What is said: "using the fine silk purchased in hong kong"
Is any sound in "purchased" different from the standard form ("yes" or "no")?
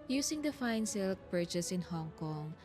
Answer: yes